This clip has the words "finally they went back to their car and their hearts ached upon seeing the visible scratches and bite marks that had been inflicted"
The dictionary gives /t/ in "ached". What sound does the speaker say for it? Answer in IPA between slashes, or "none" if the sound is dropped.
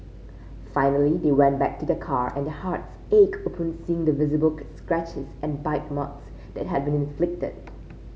none